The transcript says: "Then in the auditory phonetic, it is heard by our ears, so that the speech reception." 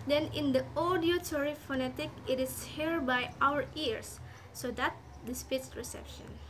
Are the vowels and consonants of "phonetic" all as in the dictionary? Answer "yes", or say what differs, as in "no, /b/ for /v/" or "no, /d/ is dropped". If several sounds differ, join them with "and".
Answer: yes